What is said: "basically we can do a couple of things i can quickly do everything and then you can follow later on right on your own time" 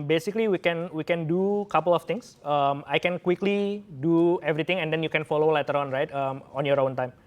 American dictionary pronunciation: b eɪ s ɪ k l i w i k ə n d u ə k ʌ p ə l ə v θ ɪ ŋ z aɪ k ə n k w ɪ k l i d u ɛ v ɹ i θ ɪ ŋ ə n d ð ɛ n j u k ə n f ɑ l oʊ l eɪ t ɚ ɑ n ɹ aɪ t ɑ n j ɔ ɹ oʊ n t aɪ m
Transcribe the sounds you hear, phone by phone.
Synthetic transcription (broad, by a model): b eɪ s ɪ k l i w i k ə n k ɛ ə k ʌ p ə l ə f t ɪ ŋ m aɪ k ə n k w ɪ k l i d u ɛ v ɹ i t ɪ ŋ ə n d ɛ n j u k ə n f ɑ l oʊ l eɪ t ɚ ɑ n ɹ aɪ t ɑ n j ɔ ɹ oʊ n t aɪ m